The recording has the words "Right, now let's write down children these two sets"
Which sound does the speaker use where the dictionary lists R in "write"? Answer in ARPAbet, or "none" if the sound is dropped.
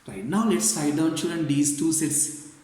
L